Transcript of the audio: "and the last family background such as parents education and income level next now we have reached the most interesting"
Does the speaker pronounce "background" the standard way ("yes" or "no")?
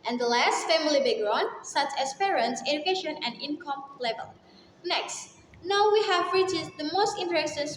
no